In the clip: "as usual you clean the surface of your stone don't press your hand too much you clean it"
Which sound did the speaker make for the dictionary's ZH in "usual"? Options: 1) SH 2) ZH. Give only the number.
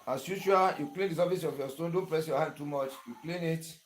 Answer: 1